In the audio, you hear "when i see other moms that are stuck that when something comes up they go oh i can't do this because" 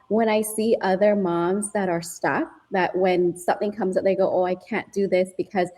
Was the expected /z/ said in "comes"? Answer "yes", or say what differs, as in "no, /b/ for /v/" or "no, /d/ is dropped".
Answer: yes